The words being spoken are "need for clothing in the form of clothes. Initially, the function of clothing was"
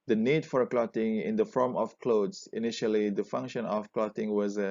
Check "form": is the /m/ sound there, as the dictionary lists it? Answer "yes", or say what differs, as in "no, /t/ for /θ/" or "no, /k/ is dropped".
yes